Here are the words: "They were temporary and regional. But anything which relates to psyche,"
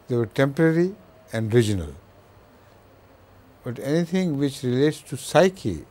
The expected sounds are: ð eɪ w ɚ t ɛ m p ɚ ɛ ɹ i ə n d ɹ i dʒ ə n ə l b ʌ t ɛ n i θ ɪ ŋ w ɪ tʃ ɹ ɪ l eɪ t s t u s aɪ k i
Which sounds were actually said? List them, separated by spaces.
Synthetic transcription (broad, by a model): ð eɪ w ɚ t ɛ m p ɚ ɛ ɹ i ə n d ɹ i dʒ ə n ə l b ʌ t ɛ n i t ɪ ŋ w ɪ tʃ ɹ ɪ l eɪ t s t u s aɪ k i